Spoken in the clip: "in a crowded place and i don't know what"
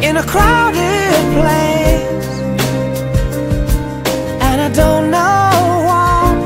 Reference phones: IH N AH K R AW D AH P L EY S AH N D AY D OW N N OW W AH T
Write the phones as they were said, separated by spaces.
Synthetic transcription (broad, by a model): IH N AH K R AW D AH P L EY AH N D AY D OW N N OW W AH